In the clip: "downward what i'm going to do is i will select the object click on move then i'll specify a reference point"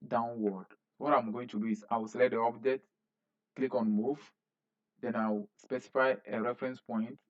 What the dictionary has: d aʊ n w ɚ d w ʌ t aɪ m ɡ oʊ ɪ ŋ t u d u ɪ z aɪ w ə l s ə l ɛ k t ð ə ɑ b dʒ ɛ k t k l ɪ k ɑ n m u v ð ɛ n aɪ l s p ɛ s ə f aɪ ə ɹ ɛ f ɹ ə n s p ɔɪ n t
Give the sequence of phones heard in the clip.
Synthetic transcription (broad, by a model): d aʊ n w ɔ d w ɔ t aɪ m ɡ oʊ ɪ ŋ t u d u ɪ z aɪ w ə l s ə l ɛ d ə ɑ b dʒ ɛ t k l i k ɑ n m u v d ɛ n aɪ w s p ɛ s ə f aɪ ə ɹ ɛ f ɹ ə n s p ɔɪ n t